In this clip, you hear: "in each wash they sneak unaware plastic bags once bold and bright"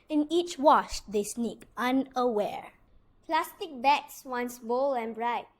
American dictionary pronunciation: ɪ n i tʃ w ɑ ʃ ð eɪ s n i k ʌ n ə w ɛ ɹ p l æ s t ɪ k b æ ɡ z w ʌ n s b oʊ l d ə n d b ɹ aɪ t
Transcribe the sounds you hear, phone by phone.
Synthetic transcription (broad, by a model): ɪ n i tʃ w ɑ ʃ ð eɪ s n i k ʌ n ə w ɛ ɹ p l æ s t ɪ k b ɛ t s w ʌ n s b oʊ l ə n b ɹ aɪ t